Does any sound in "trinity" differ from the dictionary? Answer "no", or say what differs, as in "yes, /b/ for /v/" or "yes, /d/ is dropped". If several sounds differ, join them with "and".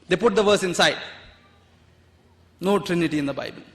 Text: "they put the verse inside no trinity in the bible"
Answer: no